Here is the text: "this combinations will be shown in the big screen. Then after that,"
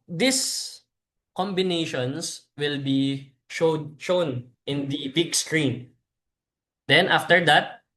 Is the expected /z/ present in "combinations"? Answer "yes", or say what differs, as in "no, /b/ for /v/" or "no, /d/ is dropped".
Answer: no, /s/ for /z/